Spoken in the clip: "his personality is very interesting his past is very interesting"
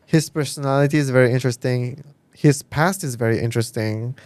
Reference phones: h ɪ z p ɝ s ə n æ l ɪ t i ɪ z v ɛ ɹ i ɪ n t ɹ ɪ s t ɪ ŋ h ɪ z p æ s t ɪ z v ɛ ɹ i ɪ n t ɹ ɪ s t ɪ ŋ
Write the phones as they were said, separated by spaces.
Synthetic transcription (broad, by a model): h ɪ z p ɝ s ə n æ l ɪ t i ɪ z v ɛ ɹ i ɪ n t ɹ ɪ s t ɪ ŋ h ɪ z p æ s t ɪ z v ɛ ɹ i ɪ n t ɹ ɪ s t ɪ ŋ